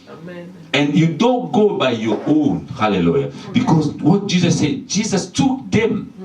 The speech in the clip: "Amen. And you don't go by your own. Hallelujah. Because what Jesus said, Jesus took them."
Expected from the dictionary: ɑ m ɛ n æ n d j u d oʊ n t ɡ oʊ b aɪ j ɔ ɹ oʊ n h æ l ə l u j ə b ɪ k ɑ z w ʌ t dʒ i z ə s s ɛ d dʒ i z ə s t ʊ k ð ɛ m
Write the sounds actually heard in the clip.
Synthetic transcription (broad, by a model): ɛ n n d j u d oʊ n t ɡ oʊ b aɪ j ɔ oʊ n h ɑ l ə l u j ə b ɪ k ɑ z w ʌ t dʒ i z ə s s ɛ d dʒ i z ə s t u k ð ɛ m